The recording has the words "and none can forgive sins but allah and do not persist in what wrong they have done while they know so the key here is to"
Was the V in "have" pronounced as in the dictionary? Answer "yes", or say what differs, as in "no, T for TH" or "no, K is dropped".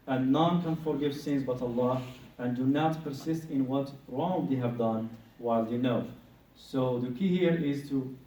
yes